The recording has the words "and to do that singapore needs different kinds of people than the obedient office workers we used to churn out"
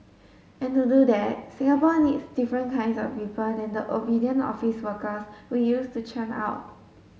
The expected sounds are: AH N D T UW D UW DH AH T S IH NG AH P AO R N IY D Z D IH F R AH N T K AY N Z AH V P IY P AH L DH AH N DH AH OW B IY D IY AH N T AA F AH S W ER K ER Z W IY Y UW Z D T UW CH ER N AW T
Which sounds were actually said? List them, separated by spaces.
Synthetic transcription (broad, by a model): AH N T UW D UW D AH T S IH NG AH P AO N IY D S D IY F R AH N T K AY N S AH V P IY P AH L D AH N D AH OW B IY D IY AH N AA F AH S W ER K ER S W IY Y UW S T UW CH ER N AW T